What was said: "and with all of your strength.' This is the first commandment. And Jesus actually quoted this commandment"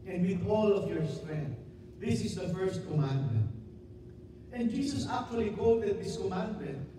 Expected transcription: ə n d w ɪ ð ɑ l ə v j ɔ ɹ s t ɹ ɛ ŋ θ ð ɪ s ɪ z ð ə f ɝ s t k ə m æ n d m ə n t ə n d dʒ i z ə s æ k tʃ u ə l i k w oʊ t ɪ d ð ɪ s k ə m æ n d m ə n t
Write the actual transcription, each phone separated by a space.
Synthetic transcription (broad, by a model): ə n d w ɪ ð ɑ l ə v j ɔ ɹ s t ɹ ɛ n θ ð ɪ s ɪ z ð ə f ɝ s t k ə m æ n d m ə n t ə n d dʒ i s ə s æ k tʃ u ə l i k oʊ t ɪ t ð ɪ s k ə m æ n d m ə n t